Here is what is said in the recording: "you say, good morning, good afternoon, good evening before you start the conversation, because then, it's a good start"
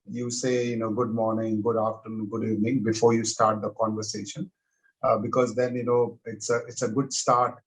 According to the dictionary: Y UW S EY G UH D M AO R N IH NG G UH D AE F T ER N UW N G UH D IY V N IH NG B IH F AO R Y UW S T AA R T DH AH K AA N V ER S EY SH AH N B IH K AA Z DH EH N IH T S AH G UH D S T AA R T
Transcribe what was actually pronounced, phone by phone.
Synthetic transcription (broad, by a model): Y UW S EY G UH D M AO R N IH NG G UH D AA F T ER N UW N G UH D IY V N IH NG B IH F AO R Y UW S T AA R T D AH K AA N V ER S EY SH AH N B IH K AA Z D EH N IH T S AH G UH D S T AA R T